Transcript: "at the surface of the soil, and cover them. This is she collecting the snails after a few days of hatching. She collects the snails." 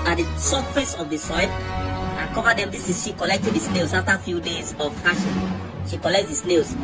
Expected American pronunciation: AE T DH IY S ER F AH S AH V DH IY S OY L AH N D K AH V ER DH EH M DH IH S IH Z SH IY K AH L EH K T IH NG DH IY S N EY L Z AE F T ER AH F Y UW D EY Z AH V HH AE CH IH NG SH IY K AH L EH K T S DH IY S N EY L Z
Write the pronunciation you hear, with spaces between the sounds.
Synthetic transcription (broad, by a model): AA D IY S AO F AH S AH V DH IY S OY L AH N K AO V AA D EH M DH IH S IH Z SH IY K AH L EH K T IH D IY S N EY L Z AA F T AH F Y UW D EY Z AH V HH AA SH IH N SH IY K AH L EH K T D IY S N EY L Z